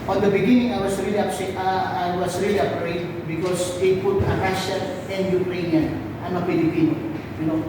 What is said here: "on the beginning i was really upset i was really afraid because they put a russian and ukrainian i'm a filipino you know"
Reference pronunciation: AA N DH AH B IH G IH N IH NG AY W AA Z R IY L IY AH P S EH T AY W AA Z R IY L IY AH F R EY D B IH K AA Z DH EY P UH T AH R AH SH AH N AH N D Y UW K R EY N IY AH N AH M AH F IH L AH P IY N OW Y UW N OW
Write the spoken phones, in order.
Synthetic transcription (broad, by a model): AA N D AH B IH G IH N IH NG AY W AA S R IY L IY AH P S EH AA AY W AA S R IY L IY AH P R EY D B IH K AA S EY P UH T AH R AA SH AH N AH N D Y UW K R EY N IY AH N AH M AH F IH L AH P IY N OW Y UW N OW